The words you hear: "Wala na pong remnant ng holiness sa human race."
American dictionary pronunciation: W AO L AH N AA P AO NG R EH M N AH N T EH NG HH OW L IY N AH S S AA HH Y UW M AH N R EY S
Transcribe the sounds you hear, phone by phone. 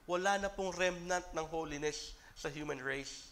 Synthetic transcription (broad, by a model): W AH L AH N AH P AO NG R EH M N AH N T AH NG HH OW L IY N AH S S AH HH Y UW M AH N R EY S